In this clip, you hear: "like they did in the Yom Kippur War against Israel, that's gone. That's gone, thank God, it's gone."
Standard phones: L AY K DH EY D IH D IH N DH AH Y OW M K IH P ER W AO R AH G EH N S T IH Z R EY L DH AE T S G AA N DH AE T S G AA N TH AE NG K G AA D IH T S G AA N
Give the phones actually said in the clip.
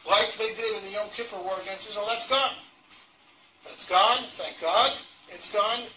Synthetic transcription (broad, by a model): L AY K DH EY D IH D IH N DH AH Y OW K IH P ER W AO R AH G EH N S IH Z W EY L DH AE T S G AA N DH AE T S G AA N TH AE NG K G AA D IH T S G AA N